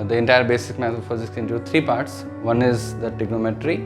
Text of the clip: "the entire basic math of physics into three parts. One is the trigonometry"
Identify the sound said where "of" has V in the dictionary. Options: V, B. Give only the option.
B